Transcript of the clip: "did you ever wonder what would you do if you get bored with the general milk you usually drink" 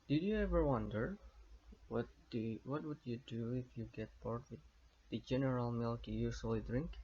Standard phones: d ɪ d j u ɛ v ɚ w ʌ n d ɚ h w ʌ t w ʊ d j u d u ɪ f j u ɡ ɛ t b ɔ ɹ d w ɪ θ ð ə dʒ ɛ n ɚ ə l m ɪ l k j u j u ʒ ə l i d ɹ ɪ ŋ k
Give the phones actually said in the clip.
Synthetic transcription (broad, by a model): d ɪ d j u ɛ v ɚ w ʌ n d ɚ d w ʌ t w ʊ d j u d u ɪ f j u ɡ ɛ t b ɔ ɹ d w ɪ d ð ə dʒ ɛ n ɚ ə l m ɪ l k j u j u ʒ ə l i d ɹ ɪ ŋ k